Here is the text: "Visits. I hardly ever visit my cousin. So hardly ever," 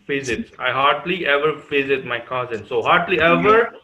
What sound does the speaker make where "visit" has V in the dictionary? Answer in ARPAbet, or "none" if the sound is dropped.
F